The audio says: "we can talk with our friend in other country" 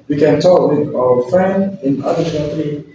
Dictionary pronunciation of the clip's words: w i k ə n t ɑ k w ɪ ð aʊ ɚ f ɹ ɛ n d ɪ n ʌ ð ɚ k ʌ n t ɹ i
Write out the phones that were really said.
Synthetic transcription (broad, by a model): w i k ə n t ɑ k w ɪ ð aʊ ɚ f ɹ ɛ n d ɪ n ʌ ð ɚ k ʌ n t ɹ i